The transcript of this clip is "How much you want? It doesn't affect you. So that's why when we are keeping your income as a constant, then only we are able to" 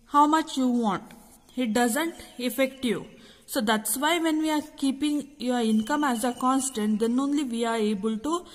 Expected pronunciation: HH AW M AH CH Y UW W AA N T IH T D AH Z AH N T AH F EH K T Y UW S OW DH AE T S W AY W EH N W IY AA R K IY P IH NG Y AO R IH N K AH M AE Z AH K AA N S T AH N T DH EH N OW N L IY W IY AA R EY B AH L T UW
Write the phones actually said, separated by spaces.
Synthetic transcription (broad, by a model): HH AW M AH CH Y UW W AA N T IH T D AH Z AH N T AH F EH K T Y UW S OW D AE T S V AY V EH N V IY AA R K IY P IH NG Y AO R IH N K AH M AE Z AH K AA N S T AH N T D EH N OW N L IY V IY AA R EY B AH L T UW